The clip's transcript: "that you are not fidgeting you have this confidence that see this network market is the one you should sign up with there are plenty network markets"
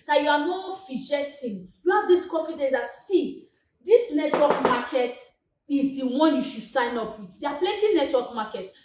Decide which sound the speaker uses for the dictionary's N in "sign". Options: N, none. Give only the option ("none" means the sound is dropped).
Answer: N